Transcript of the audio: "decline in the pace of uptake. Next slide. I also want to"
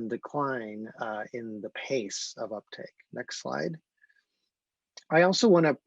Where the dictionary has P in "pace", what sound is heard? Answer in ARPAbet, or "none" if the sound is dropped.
P